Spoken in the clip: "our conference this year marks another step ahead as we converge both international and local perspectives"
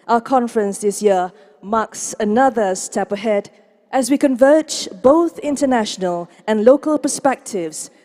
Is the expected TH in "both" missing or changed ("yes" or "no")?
no